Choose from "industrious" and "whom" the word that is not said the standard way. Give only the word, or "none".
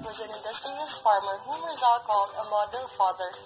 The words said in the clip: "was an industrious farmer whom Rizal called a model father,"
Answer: industrious